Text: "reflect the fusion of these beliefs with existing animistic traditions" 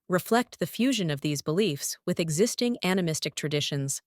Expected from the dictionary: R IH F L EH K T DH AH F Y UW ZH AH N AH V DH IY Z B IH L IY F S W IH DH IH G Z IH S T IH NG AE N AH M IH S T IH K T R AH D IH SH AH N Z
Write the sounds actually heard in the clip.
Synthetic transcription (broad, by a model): R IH F L EH K T DH AH F Y UW ZH AH N AH V DH IY Z B IH L IY F S W IH DH IH G Z IH S T IH NG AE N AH M IH S T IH K T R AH D IH SH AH N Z